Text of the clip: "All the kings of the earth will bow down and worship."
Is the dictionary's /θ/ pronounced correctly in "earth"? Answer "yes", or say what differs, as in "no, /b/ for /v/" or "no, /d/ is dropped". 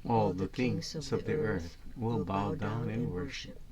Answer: yes